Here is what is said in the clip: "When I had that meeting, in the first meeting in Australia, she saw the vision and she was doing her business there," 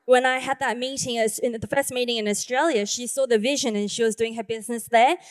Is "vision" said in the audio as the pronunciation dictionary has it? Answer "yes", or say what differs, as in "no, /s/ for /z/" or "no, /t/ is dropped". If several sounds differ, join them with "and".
yes